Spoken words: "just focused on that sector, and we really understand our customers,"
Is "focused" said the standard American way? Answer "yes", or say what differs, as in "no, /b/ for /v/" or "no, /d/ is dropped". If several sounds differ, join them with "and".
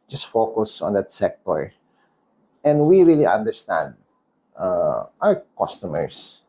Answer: no, /t/ is dropped